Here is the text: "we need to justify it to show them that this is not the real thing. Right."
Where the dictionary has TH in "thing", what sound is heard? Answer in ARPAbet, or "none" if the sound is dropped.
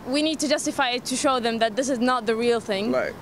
TH